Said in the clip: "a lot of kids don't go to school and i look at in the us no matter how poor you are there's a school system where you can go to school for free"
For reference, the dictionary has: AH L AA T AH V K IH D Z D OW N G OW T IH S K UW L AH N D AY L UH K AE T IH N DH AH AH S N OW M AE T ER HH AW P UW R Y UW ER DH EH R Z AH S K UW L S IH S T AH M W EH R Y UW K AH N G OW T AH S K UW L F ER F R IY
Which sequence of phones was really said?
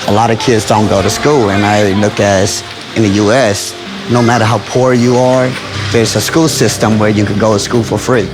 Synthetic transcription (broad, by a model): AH L AA T AH V K IH D Z D OW N G OW T IH S K UW L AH N AY L UH K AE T IH N DH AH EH S N OW M AE T ER HH AW P UW R Y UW ER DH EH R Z AH S K UW L S IH S T AH M W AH R Y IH K AH N G OW T AH S K UW L F ER F R IY